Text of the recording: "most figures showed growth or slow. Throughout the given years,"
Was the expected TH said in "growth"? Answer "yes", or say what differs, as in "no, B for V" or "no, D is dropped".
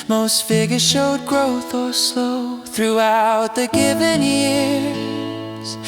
yes